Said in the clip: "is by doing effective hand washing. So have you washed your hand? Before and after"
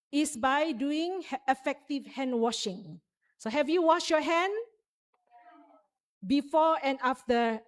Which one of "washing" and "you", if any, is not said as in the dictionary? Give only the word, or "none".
none